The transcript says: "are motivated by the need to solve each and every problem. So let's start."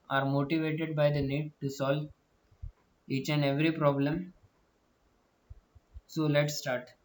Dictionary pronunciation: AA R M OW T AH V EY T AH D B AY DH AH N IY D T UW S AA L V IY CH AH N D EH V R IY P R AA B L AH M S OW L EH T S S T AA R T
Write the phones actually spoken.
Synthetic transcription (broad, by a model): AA R M OW T AH V EY T AH D B AY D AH N IY D T UW S AA L V IY CH AH N D EH V R IY P R AA B L AH M S OW L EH T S S T AA R T